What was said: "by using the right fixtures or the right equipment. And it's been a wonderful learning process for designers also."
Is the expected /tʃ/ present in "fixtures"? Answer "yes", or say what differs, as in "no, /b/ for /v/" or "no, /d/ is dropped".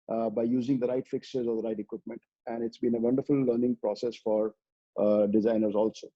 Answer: no, /tʃ/ is dropped